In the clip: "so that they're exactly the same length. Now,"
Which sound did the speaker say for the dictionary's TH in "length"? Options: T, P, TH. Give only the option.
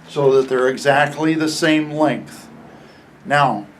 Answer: TH